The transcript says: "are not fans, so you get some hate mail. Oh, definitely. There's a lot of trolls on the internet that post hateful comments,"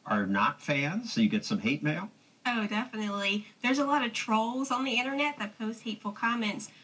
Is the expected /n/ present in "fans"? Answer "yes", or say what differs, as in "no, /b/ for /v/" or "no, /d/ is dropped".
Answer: yes